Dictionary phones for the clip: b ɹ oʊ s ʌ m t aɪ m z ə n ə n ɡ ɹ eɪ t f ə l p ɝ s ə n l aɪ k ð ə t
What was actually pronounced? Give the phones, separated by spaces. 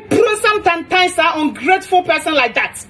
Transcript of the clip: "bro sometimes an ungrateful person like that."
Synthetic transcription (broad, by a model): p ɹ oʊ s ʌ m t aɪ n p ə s ə n ɡ ɹ eɪ t f ə l p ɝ s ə n l aɪ k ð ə t